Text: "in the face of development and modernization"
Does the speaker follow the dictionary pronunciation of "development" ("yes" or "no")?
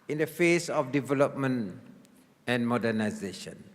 no